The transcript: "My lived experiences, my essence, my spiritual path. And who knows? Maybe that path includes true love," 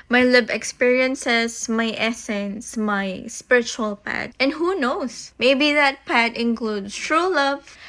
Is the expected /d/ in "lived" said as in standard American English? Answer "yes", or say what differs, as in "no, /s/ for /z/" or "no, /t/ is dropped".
no, /d/ is dropped